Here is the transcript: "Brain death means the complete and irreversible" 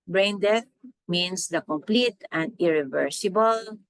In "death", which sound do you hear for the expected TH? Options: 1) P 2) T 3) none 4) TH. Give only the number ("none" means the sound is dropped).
2